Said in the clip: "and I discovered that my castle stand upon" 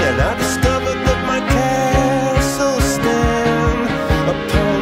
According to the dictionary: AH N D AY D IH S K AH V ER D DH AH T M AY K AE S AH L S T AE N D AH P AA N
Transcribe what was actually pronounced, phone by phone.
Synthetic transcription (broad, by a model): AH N AY D IH S K AH V ER D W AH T M AY K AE S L S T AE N AH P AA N